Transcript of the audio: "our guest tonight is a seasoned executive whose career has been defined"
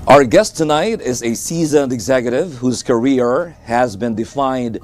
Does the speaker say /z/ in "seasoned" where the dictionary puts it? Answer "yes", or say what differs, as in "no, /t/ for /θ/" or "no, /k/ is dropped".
yes